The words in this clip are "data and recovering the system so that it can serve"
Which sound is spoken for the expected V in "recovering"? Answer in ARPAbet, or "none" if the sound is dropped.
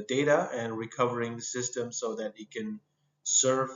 V